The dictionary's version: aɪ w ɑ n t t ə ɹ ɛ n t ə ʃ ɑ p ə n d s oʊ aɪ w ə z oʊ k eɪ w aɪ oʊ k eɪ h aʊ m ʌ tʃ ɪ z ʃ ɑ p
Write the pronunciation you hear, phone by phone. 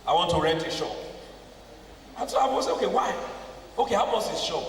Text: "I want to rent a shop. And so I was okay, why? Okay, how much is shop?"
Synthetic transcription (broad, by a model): aɪ w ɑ n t t ə ɹ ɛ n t ə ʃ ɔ ə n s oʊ aɪ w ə s oʊ k eɪ w aɪ oʊ k eɪ h aʊ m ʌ s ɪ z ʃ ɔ